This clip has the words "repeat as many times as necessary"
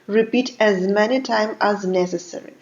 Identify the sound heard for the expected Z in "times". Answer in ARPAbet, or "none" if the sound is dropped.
none